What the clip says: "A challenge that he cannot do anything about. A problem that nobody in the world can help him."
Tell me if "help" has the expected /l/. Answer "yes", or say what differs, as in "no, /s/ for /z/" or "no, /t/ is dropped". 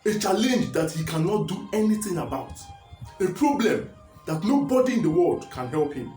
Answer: yes